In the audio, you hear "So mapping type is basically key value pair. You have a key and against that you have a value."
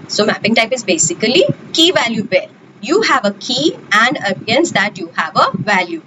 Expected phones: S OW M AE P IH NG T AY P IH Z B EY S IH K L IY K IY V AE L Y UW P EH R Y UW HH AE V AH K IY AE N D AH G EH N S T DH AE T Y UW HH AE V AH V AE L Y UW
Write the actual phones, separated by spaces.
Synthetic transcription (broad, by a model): S OW M AE P IH NG T AY P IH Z B EY S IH K L IY K IY V AE L Y UW B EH L Y UW HH AE V AH K IY AE N D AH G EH N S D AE T Y UW HH AE V AH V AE L Y UW